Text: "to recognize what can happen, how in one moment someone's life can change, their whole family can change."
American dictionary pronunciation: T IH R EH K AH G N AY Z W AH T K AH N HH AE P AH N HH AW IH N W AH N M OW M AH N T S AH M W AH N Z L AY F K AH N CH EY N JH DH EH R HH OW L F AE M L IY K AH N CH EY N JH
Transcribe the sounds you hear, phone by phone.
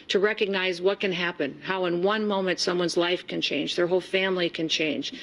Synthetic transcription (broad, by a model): T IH R EH K AH G N AY Z W AH T K AH N HH AE P AH N HH AW IH N W AH N M OW M AH N T S AH M W AH N Z L AY F K AH N CH EY N JH DH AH R HH OW L F AE M L IY K AH N CH EY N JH